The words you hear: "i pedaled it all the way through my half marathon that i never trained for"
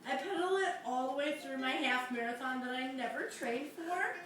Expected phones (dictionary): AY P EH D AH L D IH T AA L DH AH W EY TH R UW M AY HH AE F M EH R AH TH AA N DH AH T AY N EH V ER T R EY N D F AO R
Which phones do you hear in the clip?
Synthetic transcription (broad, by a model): AY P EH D L IH T AA L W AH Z TH R UW M AY HH AE F M EH R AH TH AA N DH AH T AY N EH V ER T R EY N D F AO R